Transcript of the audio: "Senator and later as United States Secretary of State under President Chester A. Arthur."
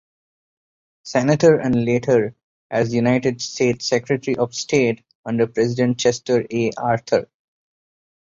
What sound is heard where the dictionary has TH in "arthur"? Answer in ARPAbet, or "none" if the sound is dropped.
T